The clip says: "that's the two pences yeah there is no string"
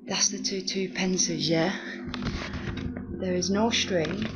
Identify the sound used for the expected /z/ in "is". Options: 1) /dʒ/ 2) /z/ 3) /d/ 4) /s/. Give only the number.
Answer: 2